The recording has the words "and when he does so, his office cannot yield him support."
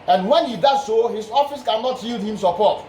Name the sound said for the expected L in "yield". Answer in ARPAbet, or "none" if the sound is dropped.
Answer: L